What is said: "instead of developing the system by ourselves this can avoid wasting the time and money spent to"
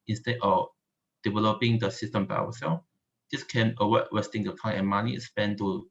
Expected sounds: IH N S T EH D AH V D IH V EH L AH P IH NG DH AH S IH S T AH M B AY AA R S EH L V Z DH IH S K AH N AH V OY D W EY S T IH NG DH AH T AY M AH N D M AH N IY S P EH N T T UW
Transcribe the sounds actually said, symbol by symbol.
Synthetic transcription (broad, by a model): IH N S T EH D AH F D IH V EH L AH P IH NG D AH S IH S T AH M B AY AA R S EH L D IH S K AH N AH W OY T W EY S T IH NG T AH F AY AH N M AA N IY S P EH N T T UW